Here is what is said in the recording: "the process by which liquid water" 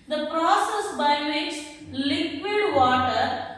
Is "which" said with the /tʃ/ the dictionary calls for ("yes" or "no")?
no